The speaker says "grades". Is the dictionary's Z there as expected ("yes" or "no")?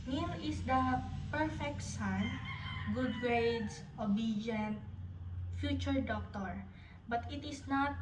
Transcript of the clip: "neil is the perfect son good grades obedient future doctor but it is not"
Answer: no